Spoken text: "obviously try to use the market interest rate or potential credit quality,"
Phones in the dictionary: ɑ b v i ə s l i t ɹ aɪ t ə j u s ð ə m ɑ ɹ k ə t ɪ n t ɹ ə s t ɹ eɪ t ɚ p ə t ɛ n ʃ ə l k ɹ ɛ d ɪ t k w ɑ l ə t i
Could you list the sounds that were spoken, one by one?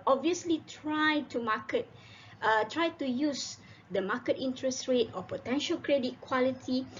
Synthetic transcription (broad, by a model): ɑ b v i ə s l i t ɹ aɪ t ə j u s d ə m ɑ k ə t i n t ɹ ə s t ɹ eɪ t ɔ p ə t ɛ n ʃ ə l k ɹ ɛ d ɪ t k w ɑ l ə t i